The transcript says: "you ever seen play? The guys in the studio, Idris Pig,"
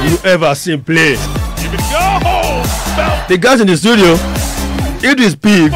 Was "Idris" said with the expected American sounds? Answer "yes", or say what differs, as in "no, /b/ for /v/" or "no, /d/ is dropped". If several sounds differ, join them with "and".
no, /ɹ/ is dropped